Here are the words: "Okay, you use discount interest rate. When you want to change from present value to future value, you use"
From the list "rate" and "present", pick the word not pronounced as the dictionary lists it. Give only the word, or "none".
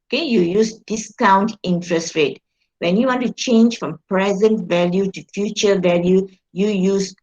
none